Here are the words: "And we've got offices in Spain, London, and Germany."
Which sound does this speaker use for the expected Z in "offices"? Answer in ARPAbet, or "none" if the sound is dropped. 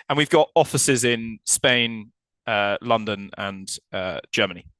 Z